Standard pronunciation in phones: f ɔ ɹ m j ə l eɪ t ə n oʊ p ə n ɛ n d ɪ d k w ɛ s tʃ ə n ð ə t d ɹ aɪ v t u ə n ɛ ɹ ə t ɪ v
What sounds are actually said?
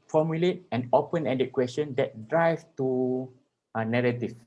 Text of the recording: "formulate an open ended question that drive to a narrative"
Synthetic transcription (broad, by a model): f ɔ m j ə l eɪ t ə n oʊ p ə n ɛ d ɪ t k w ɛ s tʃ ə n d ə t d ɹ aɪ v t u ə n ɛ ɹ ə t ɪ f